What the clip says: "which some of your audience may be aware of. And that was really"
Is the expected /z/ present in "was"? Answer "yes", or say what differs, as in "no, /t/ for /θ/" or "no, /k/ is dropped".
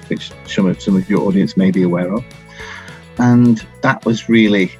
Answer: yes